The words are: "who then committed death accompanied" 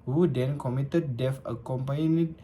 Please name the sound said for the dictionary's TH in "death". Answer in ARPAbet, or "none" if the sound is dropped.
F